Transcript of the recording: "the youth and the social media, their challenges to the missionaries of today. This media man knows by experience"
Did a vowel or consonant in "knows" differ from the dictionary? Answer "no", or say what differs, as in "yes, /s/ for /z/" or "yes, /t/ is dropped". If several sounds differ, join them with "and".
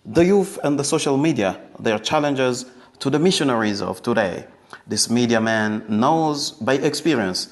no